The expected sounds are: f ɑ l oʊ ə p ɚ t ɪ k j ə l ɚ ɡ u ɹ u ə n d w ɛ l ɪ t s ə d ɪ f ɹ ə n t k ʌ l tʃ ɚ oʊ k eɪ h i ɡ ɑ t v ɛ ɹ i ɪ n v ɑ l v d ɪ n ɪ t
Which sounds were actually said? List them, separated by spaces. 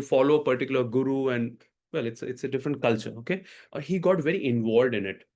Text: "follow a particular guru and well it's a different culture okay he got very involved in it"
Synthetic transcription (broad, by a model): f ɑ l oʊ ə p ɚ t ɪ k j ə l ɚ ɡ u ɹ u ə n d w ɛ l ɪ t s ə d ɪ f ɹ ə n t k ʌ l tʃ ɚ oʊ k eɪ h i ɡ ɑ t v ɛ ɹ i ɪ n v ɑ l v d ɪ n ɪ t